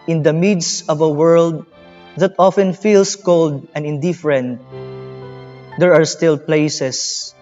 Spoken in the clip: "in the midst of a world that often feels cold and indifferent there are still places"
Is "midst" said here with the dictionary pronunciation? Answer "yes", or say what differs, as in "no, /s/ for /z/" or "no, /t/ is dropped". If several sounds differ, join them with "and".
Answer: no, /t/ is dropped